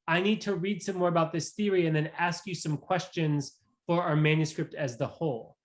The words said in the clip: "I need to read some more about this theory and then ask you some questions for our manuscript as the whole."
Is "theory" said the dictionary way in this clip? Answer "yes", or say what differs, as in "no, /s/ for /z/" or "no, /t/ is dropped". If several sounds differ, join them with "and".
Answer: yes